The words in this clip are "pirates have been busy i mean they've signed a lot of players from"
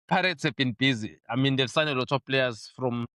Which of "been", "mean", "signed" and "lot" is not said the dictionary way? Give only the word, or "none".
signed